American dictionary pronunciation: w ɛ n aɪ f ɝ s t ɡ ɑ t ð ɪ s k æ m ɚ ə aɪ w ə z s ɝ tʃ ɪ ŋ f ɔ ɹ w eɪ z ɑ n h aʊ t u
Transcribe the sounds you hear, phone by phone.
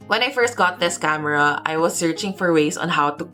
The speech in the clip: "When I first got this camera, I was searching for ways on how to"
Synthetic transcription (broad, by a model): w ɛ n aɪ f ɝ s t ɡ ɑ t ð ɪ s k æ m ɚ ə aɪ w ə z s ɝ tʃ ɪ ŋ f ɔ ɹ w eɪ s ɑ n h aʊ t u